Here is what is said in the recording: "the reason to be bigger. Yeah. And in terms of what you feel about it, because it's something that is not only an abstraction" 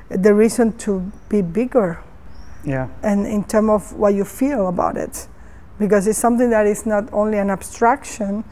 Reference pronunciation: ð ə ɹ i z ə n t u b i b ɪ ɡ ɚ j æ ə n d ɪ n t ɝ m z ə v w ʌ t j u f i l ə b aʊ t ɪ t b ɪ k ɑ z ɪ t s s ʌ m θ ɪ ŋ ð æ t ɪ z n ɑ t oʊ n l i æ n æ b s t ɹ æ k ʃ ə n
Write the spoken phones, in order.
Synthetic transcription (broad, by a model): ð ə ɹ i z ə n t u b i b ɪ ɡ ɚ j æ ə n ɪ n t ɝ m ə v w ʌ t j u f i l ə b aʊ t ɪ t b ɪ k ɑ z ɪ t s s ʌ m θ ɪ ŋ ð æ t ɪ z n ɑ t oʊ n l i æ n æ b s t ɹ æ k ʃ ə n